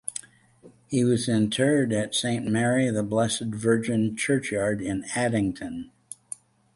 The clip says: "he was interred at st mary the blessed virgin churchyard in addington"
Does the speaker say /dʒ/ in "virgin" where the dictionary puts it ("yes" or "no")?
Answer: yes